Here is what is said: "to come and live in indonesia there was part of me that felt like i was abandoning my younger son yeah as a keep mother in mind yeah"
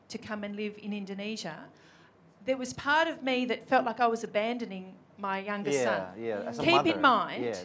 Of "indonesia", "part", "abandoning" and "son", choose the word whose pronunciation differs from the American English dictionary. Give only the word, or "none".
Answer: none